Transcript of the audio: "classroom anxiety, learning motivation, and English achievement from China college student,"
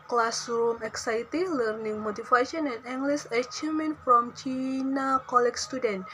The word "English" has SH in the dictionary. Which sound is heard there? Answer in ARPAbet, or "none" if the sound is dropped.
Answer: S